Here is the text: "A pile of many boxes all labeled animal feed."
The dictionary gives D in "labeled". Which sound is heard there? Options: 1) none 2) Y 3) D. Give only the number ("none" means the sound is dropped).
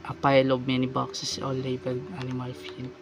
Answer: 1